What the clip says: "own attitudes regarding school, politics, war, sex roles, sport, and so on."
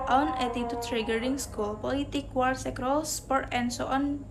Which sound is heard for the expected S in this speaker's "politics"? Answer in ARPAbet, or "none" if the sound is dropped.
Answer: none